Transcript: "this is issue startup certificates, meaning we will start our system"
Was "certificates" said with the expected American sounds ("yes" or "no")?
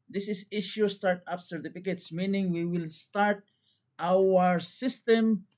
no